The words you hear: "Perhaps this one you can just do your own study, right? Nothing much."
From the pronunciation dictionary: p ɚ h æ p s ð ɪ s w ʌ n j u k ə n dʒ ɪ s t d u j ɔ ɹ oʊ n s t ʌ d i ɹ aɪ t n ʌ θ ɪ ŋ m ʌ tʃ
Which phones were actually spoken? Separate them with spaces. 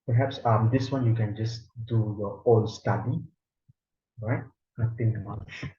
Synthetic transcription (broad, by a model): p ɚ h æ p s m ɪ s w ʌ n j u k ə n dʒ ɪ s d u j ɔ oʊ l s t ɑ d i ɹ aɪ t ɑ t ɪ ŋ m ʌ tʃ